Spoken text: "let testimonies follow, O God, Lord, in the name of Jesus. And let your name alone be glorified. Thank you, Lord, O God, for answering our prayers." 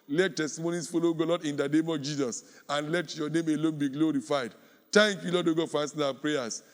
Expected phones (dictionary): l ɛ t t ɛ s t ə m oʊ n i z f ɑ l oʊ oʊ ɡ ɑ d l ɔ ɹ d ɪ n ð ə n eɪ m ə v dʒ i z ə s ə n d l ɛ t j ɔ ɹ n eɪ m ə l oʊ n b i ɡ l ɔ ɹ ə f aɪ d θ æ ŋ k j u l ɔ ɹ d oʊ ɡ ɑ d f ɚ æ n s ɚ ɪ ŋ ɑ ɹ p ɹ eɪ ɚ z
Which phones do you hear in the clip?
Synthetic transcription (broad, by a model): l ɛ t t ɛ s t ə m oʊ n i s f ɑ l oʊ oʊ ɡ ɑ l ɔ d ɪ n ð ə n eɪ m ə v dʒ i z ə s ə n l ɛ t j ɔ n eɪ m ə l oʊ n b i ɡ l ɔ ɹ ə f aɪ d t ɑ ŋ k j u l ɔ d oʊ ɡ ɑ f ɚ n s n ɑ p ɹ eɪ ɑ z